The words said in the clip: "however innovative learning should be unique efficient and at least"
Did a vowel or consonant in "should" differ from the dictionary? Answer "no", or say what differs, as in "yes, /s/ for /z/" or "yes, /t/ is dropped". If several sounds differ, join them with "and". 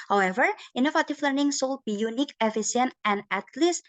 yes, /s/ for /ʃ/